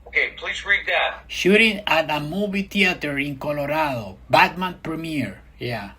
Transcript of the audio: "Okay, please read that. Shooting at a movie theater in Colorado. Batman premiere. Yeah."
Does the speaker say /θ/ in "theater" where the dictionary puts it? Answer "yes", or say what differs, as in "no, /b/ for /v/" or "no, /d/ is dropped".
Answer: no, /t/ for /θ/